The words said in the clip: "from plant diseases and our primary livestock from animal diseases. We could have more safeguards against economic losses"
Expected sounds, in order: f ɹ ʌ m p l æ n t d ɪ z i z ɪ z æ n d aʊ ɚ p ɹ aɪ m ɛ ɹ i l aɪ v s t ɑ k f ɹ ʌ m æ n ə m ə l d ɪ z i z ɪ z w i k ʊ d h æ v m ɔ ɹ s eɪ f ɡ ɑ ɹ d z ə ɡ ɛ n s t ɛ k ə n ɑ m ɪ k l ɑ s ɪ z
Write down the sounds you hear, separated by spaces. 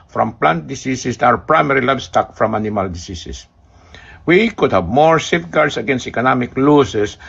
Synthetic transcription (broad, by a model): f ɹ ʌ m p l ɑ n t d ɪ s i s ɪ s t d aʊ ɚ p ɹ aɪ m ɛ ɹ i l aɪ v s t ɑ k f ɹ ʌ m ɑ n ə m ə l d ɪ s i s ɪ s w i k ʊ d h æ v m ɔ ɹ s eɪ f ɡ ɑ ɹ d s ə ɡ ɛ n s t ɛ k ə n ɑ m ɪ k l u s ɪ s